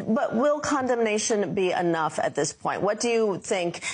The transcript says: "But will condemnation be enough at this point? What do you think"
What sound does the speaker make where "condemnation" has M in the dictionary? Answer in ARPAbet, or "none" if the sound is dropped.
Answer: M